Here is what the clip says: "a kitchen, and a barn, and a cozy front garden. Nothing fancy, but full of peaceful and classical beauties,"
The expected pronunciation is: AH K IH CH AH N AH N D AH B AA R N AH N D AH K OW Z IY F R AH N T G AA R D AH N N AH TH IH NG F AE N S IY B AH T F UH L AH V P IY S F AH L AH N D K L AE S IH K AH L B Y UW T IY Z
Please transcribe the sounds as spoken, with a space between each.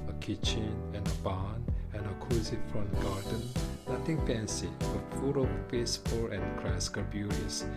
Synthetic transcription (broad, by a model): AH K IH CH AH N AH N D AH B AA N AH N AH K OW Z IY F R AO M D G AA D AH N N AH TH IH NG P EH N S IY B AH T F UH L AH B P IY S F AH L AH N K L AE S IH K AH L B Y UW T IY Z